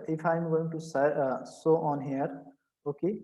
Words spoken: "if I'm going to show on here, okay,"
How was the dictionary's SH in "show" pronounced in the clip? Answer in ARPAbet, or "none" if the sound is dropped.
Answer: S